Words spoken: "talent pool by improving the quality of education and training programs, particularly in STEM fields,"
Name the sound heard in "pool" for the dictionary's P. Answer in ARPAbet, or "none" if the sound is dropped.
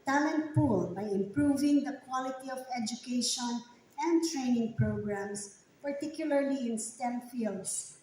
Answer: P